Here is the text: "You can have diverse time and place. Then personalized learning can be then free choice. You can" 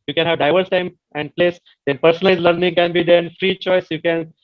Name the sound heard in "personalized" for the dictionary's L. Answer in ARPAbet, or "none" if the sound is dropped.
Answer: none